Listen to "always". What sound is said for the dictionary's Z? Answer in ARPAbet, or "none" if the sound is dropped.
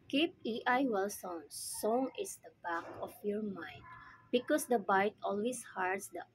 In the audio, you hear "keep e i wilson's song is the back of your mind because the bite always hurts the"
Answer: S